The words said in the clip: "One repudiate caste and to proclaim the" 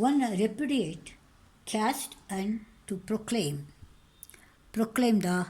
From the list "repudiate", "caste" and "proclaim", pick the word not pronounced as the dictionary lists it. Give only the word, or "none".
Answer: none